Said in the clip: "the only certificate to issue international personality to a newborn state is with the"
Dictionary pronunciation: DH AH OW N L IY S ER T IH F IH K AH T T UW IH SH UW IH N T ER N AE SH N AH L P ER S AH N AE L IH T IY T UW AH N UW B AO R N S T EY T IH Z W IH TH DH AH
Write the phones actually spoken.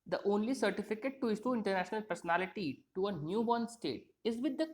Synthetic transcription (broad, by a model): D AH OW N L IY S ER T IH F IH K AH T T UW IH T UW IH N T ER N AE SH N AH L P ER S AH N AE L IH T IY T UW AH N UW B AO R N S T EY T IH Z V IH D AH